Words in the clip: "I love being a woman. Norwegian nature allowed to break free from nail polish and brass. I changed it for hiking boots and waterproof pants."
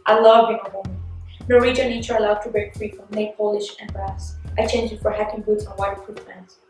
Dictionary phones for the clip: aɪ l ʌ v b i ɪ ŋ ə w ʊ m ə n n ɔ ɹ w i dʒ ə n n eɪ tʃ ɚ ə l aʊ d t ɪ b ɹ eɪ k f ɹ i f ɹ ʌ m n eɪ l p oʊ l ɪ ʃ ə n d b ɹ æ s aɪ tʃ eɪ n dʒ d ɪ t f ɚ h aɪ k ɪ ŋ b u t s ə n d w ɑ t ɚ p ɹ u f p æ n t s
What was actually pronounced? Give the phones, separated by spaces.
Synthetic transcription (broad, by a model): aɪ l ʌ v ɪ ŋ ə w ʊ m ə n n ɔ ɹ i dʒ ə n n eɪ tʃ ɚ ə l aʊ d t ɪ b ɹ eɪ k f ɹ i f ɹ ʌ m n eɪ p oʊ l ɪ ʃ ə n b ɹ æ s aɪ tʃ eɪ n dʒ ɪ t f ɚ h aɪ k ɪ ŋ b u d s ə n w ɑ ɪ f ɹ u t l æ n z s